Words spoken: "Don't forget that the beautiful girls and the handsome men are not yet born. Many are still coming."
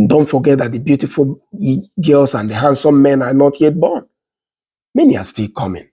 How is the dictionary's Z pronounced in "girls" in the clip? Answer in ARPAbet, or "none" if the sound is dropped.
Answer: S